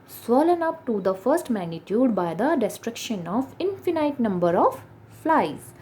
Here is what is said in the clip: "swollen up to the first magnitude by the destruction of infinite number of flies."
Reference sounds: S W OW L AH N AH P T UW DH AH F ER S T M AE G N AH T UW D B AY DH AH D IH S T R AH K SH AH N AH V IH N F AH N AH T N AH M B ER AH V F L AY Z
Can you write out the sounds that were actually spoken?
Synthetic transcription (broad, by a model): S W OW L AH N AH P T UW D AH F ER S T M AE G N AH T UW D B AY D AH D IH S T R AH K SH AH N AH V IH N F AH N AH T N AH M B ER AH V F L AY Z